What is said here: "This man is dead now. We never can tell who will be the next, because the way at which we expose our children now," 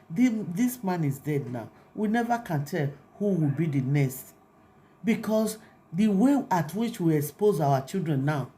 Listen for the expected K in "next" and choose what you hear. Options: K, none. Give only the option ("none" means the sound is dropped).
none